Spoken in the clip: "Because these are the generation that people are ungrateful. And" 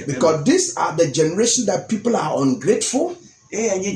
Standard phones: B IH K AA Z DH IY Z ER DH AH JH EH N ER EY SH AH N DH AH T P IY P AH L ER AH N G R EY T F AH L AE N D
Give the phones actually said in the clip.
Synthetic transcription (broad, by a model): B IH K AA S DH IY S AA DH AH JH EH N ER EY SH AH N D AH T P IY P AH L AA AH N G R EY T F AH L